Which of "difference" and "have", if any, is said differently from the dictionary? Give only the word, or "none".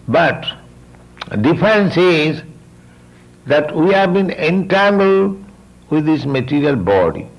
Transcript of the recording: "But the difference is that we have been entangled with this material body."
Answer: difference